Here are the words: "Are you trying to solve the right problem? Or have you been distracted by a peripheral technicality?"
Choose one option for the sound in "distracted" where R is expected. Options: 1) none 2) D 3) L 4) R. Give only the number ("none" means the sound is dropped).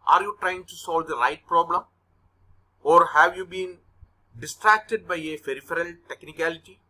4